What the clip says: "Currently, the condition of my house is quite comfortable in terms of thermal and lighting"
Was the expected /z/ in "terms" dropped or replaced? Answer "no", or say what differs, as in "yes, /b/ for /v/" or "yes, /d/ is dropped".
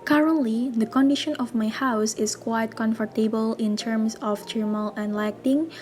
yes, /s/ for /z/